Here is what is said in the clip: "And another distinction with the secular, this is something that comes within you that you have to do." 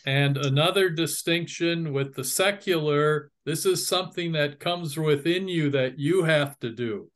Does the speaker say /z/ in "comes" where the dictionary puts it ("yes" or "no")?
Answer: yes